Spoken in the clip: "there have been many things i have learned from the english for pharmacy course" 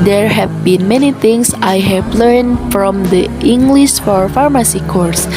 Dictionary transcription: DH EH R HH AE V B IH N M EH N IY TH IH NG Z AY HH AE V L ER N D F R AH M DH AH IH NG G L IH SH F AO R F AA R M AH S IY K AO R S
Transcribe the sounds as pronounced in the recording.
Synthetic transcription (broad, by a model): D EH R HH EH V B IH N M EH N IY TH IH NG S AY HH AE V L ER N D F R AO M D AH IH NG G L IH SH F AO R F AA R M AH S IY K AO R S